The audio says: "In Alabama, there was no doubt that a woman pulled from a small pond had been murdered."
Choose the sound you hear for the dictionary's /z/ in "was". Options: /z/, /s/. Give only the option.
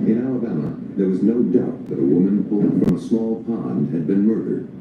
/z/